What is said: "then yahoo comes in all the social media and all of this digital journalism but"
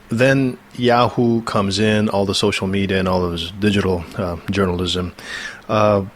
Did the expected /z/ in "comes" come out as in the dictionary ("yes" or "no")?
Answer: yes